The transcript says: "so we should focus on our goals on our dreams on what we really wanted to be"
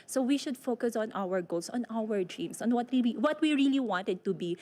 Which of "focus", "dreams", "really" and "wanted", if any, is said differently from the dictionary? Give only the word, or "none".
dreams